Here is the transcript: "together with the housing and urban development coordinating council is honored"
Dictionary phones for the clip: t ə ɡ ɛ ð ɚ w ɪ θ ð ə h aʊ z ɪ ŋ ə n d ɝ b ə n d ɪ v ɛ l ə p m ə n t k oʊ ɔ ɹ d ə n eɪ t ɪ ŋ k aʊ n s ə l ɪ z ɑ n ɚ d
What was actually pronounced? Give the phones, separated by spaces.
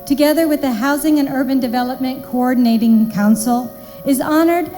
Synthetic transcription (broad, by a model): t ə ɡ ɛ ð ɚ w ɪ ð ə h aʊ z ɪ ŋ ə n ɝ b ə n d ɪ v ɛ l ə p m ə n k oʊ ɔ ɹ d n eɪ t ɪ ŋ k aʊ n s l ɪ z ɑ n ɚ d